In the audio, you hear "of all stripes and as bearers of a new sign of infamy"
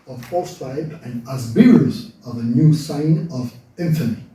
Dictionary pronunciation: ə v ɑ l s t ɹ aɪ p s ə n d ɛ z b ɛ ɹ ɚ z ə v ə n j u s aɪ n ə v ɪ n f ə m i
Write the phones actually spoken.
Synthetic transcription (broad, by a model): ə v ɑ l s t aɪ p ə n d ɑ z b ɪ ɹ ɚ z ə v ə n j u s aɪ n ə v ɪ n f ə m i